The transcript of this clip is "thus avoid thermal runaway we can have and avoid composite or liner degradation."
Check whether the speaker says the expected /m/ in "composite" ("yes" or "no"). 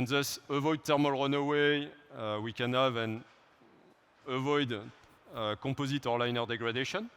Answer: no